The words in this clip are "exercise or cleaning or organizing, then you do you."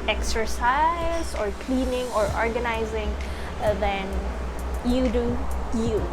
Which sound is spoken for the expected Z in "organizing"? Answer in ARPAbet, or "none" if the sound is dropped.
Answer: Z